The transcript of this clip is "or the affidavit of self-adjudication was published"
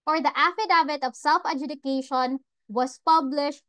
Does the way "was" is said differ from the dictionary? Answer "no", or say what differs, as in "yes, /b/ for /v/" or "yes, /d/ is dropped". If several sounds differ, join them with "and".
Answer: yes, /s/ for /z/